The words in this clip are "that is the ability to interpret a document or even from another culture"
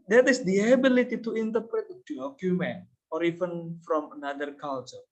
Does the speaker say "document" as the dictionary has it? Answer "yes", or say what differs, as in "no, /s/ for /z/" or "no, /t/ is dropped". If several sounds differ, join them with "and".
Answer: no, /t/ is dropped